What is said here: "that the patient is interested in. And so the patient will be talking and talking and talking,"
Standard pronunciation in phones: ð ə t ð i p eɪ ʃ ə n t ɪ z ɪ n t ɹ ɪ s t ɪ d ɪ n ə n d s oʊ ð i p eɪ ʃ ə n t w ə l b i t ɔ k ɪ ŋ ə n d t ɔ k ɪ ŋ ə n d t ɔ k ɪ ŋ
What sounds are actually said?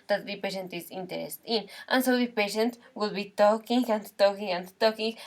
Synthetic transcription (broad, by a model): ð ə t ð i p eɪ ʃ ə n t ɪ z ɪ n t ɪ t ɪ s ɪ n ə n s oʊ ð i p eɪ ʃ ə n t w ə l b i t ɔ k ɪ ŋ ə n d t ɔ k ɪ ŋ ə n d t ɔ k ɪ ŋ